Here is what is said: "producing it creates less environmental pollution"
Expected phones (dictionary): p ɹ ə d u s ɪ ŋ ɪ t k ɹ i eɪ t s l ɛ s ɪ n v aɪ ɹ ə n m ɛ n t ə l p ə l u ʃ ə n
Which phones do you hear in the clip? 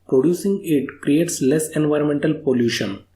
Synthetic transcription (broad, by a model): p ɹ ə d u s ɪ ŋ ɪ t k ɹ i eɪ t s l ɛ s ɪ n v aɪ ɹ ə n m ɛ n t ə l p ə l u ʃ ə n